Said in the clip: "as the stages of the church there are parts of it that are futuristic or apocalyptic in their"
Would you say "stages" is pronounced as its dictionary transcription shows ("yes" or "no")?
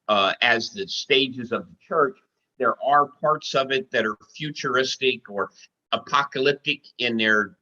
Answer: yes